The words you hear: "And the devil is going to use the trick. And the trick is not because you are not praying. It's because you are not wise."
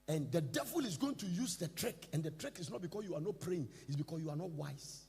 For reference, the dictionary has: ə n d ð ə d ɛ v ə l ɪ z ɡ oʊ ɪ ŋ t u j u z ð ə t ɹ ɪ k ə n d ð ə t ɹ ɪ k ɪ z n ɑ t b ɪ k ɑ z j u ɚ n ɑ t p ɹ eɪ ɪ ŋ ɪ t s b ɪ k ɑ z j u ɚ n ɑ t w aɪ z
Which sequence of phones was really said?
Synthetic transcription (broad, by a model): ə n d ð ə d ɛ v ə l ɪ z ɡ oʊ ɪ ŋ t u j u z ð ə t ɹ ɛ k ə n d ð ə t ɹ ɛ k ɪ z n ɑ t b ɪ k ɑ s j u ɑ n ɑ t p ɹ eɪ ɪ ŋ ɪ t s b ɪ k ɑ s j u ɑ n ɑ t w aɪ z